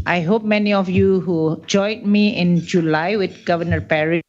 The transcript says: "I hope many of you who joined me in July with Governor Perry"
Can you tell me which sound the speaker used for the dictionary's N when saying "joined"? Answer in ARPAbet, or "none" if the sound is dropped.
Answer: none